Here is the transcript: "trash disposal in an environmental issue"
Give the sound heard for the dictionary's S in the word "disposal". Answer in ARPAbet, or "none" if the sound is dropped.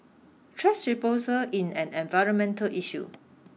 none